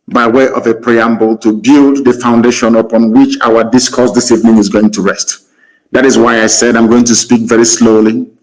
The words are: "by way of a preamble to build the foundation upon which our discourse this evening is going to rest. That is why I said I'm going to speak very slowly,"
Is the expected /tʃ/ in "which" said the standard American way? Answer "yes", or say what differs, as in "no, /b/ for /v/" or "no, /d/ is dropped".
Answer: yes